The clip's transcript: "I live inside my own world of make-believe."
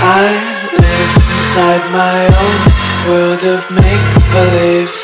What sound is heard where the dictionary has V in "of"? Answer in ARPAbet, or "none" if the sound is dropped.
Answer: V